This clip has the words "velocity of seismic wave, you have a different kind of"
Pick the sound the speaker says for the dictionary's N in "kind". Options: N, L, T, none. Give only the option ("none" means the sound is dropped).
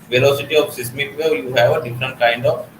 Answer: N